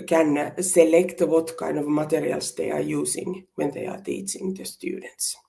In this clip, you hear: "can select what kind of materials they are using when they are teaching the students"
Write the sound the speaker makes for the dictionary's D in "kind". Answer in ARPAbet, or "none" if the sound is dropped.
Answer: none